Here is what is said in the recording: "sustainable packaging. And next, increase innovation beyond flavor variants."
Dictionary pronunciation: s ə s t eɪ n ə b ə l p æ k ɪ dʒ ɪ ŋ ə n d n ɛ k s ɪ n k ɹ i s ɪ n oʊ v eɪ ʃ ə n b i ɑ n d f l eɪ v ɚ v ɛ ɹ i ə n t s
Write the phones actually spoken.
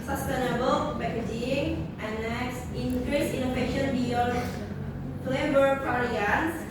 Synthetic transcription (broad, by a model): s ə s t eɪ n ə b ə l b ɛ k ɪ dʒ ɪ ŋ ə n n ɛ k s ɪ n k ɹ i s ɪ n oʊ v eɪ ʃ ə n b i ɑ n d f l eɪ b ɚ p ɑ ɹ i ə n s